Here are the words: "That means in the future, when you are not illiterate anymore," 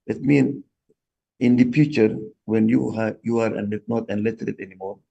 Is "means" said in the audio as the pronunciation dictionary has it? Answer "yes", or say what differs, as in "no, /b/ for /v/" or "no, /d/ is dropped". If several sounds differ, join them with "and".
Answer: no, /z/ is dropped